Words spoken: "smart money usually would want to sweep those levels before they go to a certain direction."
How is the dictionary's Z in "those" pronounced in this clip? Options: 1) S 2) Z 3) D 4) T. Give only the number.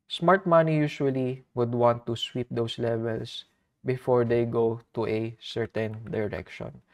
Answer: 1